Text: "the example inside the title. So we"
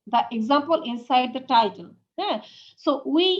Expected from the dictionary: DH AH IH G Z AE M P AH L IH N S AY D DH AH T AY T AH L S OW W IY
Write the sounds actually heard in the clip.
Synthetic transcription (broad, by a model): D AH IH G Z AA M P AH L IH N S AY D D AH T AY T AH N S OW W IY